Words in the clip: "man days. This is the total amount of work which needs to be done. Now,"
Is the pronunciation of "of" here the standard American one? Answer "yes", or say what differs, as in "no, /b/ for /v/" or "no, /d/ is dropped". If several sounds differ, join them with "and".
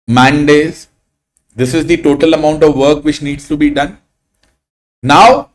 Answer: yes